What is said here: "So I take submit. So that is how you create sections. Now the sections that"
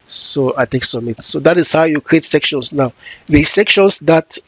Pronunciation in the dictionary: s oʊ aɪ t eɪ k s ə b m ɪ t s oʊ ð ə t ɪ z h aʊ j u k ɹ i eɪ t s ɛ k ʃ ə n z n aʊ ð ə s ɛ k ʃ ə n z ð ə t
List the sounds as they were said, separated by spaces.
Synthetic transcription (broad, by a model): s oʊ aɪ t eɪ k s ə m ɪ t s oʊ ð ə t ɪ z h aʊ j u k ɹ i eɪ t s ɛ k ʃ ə n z n aʊ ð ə s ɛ k ʃ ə n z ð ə t